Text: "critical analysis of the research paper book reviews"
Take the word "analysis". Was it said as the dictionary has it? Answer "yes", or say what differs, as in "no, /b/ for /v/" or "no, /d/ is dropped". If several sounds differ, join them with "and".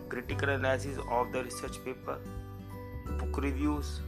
no, /l/ is dropped